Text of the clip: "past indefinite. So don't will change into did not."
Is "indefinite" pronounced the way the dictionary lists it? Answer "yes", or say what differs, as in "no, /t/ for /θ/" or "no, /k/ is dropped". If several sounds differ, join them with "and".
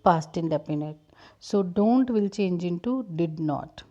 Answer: no, /p/ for /f/